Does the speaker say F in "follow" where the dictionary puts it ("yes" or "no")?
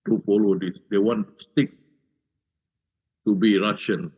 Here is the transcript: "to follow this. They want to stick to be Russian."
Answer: no